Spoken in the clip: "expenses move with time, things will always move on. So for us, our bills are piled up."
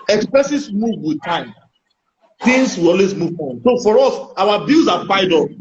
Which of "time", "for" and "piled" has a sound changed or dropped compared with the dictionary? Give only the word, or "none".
piled